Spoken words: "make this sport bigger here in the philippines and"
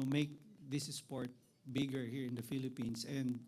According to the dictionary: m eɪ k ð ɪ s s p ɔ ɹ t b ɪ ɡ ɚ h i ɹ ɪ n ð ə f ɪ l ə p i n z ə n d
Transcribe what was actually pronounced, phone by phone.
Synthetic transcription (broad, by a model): m eɪ k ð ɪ s s p ɔ ɹ t b ɪ ɡ ɚ h i ɹ ɪ n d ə f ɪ l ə p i n s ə n d